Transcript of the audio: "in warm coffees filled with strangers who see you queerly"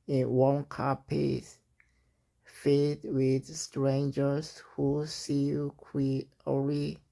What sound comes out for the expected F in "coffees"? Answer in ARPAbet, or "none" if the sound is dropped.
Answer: P